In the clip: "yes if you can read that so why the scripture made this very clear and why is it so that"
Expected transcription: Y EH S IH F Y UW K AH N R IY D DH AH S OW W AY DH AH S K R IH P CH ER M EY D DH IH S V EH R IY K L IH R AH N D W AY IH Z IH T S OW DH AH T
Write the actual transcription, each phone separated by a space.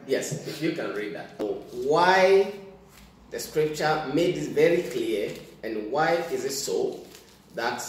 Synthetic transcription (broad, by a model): Y EH S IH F Y UW K AH N R IY D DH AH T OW W AY DH AH S K R IH P CH ER M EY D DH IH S V EH R IY K L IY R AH N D W AY IH Z IH T S OW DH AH T